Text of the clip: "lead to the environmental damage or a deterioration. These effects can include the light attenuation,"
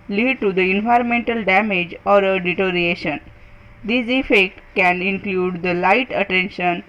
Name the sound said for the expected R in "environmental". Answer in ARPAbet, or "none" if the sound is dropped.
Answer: R